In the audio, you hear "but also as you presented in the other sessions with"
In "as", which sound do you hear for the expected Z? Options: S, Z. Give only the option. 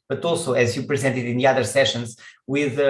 Z